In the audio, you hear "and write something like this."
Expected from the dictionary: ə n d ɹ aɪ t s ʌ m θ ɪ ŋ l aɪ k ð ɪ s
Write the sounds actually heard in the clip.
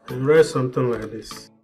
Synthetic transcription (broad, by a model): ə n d ɹ aɪ t s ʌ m t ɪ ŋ l aɪ k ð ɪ s